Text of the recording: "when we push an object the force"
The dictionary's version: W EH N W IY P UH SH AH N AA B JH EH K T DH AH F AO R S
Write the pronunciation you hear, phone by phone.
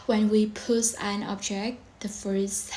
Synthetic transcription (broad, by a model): W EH N W IY P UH S AH N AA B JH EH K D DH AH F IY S